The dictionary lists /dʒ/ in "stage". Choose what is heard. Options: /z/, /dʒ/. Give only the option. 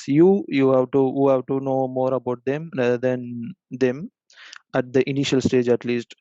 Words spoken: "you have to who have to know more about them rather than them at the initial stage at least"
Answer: /dʒ/